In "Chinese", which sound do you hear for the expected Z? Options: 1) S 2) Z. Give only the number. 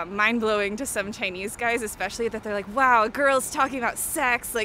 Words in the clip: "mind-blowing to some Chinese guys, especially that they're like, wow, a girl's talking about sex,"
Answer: 2